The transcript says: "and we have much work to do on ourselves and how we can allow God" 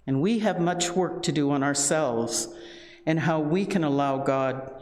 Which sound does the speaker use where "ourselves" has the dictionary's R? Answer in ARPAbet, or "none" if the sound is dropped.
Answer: R